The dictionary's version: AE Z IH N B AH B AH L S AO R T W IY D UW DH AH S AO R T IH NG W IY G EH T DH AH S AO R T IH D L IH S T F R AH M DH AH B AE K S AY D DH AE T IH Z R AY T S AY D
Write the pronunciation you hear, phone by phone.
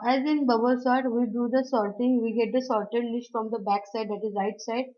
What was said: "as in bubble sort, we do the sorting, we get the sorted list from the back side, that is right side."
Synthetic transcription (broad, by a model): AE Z IH N B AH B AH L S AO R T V IY D UW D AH S AO R T IH NG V IY G EH T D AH S AO R T IH D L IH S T F R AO M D AH B AE K S AY D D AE T IH Z R AY T S AY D